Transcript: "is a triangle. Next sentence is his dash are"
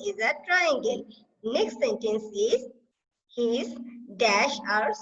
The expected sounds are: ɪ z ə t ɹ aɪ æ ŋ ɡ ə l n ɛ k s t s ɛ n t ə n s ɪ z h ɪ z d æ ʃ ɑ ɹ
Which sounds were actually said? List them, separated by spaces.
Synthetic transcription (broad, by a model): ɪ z ə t ɹ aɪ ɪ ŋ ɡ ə n n ɛ k s t s ɛ n t ə n s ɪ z h ɪ z d æ ʃ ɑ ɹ